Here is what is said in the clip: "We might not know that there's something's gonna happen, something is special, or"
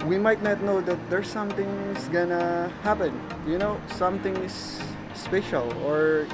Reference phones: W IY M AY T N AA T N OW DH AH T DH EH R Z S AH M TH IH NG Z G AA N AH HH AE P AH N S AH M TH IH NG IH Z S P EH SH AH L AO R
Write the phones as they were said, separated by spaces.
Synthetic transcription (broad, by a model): W IY M AY T N AA T N OW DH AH T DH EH R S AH M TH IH NG S G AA N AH HH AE P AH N S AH M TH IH NG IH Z S P EH SH AH L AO R